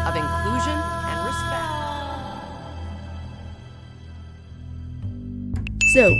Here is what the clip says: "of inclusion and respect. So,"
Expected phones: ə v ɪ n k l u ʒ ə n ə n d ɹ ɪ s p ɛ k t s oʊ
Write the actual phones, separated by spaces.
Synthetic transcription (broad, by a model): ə v ɪ n k l u ʒ ə n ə n ɹ ɪ s p ɛ k t s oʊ